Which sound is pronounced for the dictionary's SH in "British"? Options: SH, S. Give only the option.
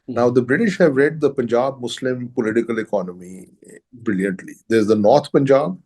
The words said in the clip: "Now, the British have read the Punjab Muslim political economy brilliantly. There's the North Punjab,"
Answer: SH